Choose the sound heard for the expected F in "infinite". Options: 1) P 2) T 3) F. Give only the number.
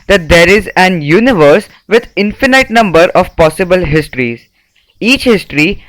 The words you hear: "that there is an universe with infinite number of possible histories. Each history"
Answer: 3